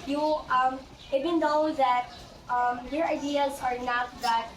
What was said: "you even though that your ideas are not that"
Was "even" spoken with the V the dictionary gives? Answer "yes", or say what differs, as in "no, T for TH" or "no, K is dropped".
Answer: no, B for V